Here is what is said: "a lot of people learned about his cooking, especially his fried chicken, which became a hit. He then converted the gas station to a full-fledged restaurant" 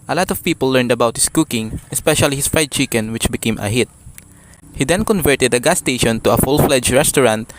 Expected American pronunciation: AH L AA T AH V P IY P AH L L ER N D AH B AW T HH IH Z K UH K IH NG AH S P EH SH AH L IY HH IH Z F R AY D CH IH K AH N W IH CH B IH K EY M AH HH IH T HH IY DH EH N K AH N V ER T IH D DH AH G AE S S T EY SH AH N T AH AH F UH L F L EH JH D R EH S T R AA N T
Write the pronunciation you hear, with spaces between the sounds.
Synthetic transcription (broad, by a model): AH L AA T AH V P IY P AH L L ER N D AH B AW T HH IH S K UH K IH NG AH S P EH SH AH L IY HH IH S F R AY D CH IH K AH N W IH CH B IH K EY M AH HH IH T HH IY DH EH N K AH N V ER T IH D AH G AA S S T EY SH AH N T AH AH F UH L F L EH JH R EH S T R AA N T